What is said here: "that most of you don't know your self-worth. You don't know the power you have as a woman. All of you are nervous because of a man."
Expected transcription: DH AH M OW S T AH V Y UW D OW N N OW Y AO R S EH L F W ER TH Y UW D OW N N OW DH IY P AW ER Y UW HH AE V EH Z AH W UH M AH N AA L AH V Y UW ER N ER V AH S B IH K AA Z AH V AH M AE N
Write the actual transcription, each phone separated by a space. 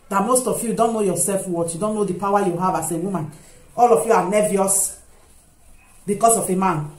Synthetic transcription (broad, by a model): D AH M OW S T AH F Y UW D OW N N OW Y AO S EH L F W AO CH Y UW D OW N N OW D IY P AW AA Y UW HH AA V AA S AH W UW M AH N AA L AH F Y UW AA N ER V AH S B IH K AA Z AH F AH M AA N